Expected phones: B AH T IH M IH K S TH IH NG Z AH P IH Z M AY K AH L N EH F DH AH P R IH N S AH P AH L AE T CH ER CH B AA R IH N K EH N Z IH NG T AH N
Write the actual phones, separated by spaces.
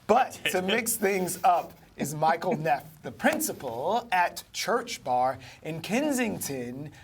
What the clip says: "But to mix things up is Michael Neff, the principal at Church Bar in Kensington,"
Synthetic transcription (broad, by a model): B AH T IH M IH K S TH IH NG Z AH P IH Z M AY K L N EH F DH AH P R IH N S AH P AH L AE T CH ER CH B AA R IH N K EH N Z IH NG T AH N